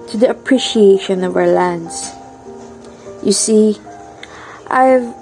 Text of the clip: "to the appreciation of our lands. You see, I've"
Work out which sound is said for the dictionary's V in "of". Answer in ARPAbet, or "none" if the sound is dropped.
V